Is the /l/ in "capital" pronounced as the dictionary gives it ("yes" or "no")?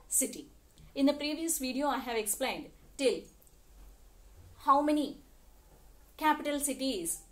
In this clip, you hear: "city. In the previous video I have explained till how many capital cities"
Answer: yes